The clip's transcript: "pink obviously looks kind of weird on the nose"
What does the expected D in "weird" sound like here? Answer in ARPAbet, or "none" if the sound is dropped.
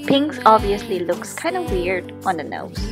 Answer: D